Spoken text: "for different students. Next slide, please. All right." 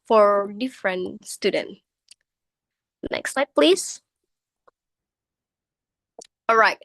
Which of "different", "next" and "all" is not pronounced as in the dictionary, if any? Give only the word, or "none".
none